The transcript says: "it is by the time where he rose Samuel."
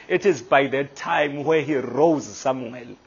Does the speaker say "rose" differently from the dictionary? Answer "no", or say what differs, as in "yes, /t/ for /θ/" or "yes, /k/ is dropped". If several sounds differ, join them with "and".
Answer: no